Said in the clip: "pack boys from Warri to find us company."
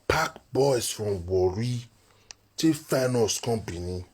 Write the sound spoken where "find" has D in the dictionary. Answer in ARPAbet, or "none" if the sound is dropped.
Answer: none